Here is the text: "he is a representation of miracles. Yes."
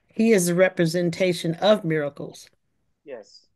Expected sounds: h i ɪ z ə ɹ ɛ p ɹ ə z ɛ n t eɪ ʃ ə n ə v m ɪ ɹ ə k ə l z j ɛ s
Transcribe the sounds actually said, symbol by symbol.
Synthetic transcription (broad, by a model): h i ɪ z ə ɹ ɛ p ɹ ə z ɛ n t eɪ ʃ ə n ə v m ɪ ɹ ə k l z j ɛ s